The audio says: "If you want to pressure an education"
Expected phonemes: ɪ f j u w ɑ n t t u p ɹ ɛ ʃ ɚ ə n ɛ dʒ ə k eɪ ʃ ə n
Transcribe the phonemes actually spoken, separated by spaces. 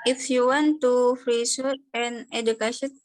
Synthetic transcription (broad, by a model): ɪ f j u w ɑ n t t u f ɹ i s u ə n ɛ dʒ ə k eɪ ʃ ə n